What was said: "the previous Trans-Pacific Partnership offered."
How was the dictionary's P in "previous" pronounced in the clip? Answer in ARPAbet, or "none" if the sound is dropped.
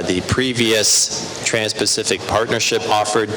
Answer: P